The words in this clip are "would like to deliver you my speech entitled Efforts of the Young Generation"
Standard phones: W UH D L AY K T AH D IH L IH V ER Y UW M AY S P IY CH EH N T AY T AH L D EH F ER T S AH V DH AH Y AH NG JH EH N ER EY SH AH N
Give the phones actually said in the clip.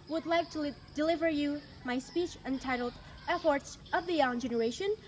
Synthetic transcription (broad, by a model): W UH D L AY K T AH D IH L IH V ER Y UW M AY S P IY CH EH N T AY T L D EH F ER T S AH V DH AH Y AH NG JH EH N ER EY SH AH N